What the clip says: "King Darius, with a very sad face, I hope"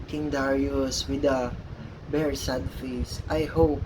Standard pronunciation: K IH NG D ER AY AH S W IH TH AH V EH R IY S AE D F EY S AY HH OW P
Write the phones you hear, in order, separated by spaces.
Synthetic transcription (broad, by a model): K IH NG D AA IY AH S W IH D AH B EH R S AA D F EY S AY HH OW P